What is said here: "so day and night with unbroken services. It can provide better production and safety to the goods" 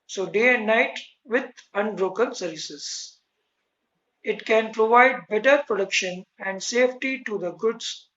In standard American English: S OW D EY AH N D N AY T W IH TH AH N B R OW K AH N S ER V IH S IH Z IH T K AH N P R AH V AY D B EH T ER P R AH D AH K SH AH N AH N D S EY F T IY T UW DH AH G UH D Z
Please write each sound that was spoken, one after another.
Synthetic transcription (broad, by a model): S OW D EY AH N D N AY T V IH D AH N B R OW K AH N S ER V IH S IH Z IH T K AH N P R AH V AY D B EH T ER P R AH D AH K SH AH N AH N D S EY F T IY T UW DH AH G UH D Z